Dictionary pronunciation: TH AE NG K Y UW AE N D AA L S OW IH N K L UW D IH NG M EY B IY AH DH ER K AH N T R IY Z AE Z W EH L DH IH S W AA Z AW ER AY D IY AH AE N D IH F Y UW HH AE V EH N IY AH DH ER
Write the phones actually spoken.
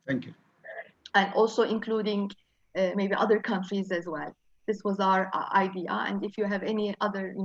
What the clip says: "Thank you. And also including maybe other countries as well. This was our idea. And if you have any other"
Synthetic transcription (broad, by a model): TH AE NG K Y UW AE N D AA L S OW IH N K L UW D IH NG M EY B IY AH DH ER K AH N T R IY Z AE Z W EH L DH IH S W AA Z AW ER AY D IY AH AE N D IH F Y UW HH AE V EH N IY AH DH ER